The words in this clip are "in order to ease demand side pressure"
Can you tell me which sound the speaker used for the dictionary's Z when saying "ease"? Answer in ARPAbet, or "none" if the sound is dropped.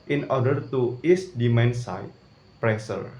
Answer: S